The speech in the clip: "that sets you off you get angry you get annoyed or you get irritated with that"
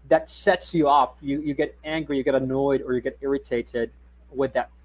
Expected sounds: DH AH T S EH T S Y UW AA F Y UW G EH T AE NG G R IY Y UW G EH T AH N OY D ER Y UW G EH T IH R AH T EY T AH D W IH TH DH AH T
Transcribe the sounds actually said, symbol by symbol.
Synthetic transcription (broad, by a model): DH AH T S EH T S Y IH AA F Y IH G EH T AE NG G R IY Y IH G EH T AH N OY D ER Y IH G EH T IH R AH T EY T AH D W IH DH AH T